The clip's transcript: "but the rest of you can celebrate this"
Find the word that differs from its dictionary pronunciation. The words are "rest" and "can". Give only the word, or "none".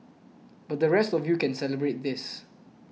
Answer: none